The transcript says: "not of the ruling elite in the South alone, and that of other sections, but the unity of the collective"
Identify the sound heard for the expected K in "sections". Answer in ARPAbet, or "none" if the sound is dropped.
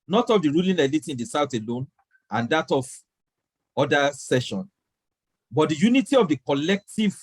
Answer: none